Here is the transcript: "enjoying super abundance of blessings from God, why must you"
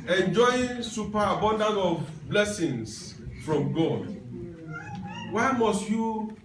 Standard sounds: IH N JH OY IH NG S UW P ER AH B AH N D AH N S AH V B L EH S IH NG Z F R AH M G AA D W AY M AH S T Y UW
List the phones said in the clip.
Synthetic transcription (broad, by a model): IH N JH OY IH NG S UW P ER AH B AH N D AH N AH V B L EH S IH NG S F R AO M G AA D W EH M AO S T Y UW